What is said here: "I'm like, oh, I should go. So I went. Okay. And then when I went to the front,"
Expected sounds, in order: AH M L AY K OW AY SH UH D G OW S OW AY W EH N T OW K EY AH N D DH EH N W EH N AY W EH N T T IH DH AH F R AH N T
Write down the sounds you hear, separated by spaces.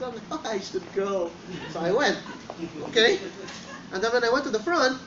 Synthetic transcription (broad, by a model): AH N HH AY UH AY SH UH D G OW S OW AY W EH N T OW K EY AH N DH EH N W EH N AY W EH N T T IH DH AH F R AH N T